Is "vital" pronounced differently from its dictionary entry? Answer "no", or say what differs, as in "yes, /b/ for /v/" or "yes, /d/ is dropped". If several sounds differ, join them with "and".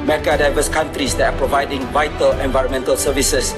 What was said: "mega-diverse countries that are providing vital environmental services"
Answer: no